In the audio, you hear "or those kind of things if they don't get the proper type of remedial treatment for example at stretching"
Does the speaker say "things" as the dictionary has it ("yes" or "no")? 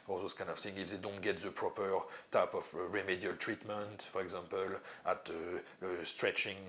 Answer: no